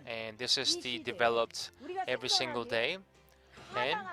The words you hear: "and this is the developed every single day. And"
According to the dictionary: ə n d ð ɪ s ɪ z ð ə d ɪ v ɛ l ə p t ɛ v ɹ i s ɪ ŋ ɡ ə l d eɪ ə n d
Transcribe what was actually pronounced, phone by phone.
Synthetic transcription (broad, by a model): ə n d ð ɪ s ɪ z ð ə d ɪ v ɛ l ə p t ɛ v ɹ i s ɪ ŋ ɡ ə l d eɪ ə n